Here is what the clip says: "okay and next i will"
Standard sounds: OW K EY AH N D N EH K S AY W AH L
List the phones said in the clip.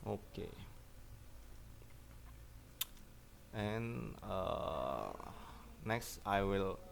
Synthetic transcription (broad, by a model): OW K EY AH N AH N EH K S AY W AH L